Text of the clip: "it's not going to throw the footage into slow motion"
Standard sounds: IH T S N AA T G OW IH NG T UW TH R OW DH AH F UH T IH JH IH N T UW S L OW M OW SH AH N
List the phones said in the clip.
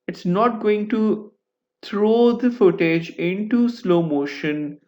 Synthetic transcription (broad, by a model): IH T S N AA T G OW IH NG T UW T R OW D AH F UH T IH JH IH N T UW S L OW M OW SH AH N